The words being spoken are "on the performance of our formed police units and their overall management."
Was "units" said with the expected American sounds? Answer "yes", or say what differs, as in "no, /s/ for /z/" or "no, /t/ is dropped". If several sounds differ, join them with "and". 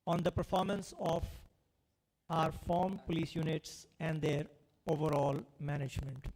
yes